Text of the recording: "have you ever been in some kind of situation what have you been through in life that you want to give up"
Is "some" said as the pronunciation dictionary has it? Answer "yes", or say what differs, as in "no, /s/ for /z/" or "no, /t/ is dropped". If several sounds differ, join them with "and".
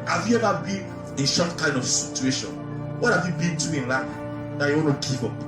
no, /ʃ/ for /s/